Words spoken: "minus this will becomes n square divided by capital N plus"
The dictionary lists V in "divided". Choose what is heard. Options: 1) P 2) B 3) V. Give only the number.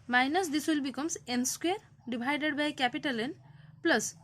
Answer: 2